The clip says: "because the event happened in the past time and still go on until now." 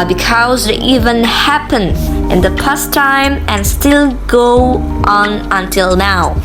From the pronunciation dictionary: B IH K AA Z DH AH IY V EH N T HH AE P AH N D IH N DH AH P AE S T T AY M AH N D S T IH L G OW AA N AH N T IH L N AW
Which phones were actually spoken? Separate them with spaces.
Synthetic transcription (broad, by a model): B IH K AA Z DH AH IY V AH N HH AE P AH N IH N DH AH P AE S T T AY M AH N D S T IH L G OW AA N AH N T IH L N AW